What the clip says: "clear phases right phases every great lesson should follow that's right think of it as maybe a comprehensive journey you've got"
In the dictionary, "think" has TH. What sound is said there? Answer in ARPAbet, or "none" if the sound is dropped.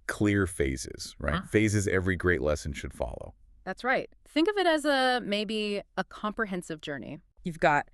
TH